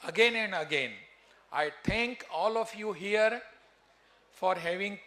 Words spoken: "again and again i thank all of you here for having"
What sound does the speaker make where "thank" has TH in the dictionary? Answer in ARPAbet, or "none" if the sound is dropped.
T